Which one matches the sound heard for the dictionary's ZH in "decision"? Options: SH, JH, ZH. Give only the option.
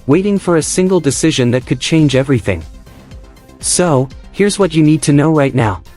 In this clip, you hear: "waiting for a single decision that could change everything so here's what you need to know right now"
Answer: ZH